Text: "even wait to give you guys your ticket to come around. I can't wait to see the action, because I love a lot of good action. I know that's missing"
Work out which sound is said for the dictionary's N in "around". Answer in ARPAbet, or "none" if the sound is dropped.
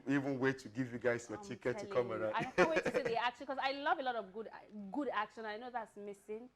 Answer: none